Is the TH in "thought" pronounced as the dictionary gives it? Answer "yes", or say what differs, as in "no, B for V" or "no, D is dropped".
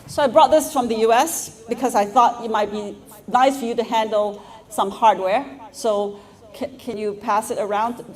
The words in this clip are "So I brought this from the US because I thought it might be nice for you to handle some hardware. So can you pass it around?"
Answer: yes